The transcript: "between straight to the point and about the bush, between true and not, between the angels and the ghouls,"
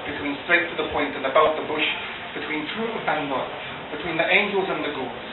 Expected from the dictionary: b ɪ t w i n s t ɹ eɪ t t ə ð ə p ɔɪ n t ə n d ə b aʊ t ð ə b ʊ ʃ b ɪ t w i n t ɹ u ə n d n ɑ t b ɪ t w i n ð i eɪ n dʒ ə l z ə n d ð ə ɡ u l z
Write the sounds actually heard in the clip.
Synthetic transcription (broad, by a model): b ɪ t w i n s t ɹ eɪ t t ə ð ə p ɔɪ n t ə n ə b aʊ t ð ə b ʊ ʃ b ɪ t w i n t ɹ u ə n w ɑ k b ɪ t w i n ð i eɪ n dʒ ə l z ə n ð ə ɡ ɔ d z